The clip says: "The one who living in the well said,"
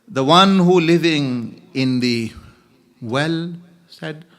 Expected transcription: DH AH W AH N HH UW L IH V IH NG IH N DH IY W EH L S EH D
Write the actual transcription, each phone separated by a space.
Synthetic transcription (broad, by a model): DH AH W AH N HH UW L IH V IH NG IH N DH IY W EH L S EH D